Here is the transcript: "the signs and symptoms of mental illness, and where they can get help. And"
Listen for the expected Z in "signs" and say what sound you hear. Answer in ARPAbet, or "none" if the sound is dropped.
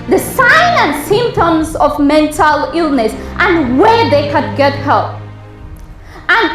none